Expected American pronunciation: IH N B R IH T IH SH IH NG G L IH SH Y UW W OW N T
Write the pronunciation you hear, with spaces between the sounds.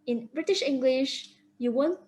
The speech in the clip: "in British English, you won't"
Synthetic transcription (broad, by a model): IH N B R IH T IH SH IH NG G L IH SH Y UW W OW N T